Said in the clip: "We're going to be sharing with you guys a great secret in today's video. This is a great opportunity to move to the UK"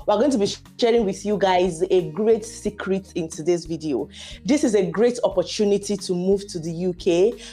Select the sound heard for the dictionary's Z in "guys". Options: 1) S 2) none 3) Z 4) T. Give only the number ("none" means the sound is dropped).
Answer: 3